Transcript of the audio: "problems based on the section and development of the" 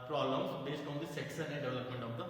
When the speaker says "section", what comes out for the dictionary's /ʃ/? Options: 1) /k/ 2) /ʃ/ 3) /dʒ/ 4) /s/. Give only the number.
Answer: 4